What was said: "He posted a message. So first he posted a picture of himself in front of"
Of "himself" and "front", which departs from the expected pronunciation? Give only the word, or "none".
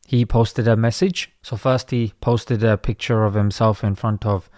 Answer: none